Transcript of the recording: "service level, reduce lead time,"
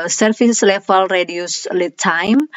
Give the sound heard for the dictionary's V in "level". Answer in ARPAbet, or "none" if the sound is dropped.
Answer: F